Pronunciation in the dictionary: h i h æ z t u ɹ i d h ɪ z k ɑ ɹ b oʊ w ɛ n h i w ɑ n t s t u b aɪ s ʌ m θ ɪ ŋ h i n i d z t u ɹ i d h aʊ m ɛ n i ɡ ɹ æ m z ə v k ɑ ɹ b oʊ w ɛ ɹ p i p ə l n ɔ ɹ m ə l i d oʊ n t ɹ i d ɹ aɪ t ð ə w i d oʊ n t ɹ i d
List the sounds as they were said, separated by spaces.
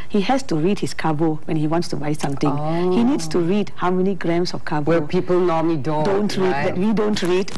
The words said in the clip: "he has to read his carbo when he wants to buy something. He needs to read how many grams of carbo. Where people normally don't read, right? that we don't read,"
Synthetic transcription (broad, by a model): h i h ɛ s t u ɹ i d h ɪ s k ɑ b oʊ w ɛ n h i w ɑ n t s t u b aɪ s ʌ m t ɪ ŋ h i n i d s t u ɹ i d h aʊ m ɛ n i ɡ ɹ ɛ m s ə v k ɑ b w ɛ p i p ə l n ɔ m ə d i d oʊ n t ɹ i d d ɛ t w i d oʊ n t ɹ i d